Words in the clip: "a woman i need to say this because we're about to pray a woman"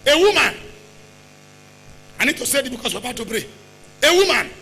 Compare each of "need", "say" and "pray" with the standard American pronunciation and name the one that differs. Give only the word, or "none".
pray